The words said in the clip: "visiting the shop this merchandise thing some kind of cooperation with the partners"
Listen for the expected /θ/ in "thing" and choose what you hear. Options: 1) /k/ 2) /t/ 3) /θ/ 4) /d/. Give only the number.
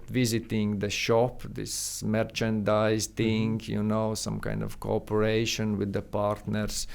2